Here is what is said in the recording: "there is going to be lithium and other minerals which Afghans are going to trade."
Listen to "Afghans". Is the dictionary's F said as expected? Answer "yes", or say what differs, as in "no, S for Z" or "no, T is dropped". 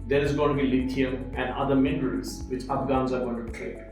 no, P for F